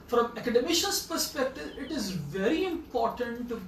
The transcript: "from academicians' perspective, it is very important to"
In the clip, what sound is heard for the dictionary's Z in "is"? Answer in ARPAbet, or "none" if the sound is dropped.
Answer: Z